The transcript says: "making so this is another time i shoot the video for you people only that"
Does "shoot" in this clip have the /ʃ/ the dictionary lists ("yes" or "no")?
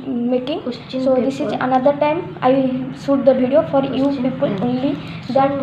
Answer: no